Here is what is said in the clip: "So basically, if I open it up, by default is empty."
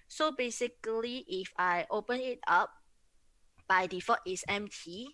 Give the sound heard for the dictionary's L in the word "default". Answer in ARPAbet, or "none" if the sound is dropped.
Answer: none